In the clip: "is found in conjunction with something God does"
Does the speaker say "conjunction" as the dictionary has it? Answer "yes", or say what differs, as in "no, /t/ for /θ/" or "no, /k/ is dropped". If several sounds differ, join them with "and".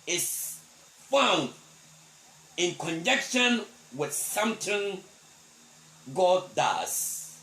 no, /ŋ/ is dropped